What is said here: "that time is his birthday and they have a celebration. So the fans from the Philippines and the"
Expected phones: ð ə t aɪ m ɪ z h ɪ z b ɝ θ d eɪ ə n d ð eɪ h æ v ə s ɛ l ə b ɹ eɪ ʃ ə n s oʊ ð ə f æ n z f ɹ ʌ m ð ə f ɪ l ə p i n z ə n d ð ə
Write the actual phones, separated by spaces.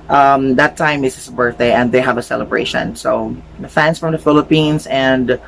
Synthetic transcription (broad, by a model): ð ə t aɪ m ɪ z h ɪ s b ɝ θ d eɪ ə n d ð eɪ h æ v ə s ɛ l ə b ɹ eɪ ʃ ə n s oʊ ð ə f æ n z f ɹ ʌ m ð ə f ɪ l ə p i n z ə n d